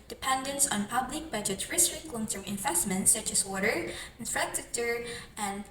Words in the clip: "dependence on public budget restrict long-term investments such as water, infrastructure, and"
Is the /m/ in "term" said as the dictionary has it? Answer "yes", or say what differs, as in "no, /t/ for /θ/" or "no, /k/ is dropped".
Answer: no, /m/ is dropped